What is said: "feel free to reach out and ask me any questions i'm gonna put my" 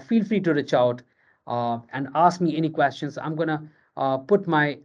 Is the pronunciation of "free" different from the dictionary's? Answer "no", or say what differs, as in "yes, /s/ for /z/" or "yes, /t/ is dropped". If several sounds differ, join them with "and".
no